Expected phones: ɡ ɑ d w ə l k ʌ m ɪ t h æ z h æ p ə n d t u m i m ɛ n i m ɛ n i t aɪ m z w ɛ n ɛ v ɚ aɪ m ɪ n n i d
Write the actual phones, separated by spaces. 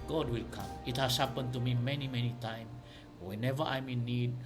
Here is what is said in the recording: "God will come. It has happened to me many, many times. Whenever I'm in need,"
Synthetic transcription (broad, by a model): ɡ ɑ d w ə l k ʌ m ɪ t h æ s h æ p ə n t u m i m ɛ n i m ɛ n i t aɪ m w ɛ n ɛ v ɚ aɪ m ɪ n n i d